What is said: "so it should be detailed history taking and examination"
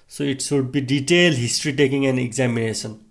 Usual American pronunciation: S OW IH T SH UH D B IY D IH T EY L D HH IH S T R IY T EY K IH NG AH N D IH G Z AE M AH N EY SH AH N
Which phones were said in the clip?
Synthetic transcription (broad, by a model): S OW IH T S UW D B IY D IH T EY L HH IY S T R IY T EY K IH NG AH N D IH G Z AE M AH N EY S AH N